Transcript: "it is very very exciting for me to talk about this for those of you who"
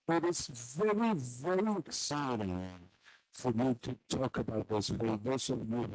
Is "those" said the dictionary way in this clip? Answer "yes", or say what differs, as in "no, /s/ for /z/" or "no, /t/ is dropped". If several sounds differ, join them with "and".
no, /s/ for /z/